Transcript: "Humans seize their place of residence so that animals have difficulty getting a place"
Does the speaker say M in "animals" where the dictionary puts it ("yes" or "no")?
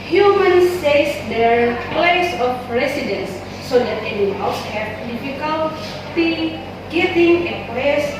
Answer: no